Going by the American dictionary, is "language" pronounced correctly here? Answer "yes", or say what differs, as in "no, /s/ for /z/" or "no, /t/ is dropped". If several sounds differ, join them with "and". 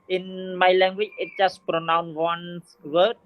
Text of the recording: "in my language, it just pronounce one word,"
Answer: no, /tʃ/ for /dʒ/